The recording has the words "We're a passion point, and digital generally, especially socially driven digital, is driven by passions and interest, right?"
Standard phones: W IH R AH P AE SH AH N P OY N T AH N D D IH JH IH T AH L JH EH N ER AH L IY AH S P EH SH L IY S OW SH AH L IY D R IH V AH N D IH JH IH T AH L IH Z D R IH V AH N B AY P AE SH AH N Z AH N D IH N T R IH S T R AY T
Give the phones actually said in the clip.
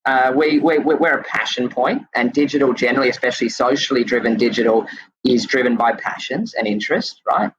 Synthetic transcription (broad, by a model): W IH R AH P AE SH AH N P OY N T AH N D D IH JH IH T L JH EH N ER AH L IY AH S P EH SH L IY S OW SH L IY D R IH V AH N D IH JH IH T L IH Z D R IH V AH N B AY P AE SH AH N Z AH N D IH N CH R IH S T R AY T